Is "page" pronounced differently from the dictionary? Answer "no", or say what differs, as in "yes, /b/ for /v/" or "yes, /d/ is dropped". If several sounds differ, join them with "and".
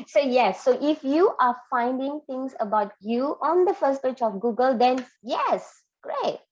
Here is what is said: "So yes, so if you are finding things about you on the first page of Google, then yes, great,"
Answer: yes, /tʃ/ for /dʒ/